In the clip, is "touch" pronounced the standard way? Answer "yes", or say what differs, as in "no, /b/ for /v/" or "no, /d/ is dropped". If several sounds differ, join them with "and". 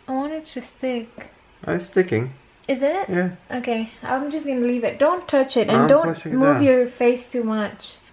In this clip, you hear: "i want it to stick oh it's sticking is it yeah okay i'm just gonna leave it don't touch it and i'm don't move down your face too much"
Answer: yes